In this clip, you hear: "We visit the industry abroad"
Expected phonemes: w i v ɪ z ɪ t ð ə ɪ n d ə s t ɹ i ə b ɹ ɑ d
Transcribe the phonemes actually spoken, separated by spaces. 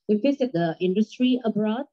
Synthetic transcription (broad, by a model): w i f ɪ s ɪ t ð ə ɪ n d ə s t ɹ i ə b ɹ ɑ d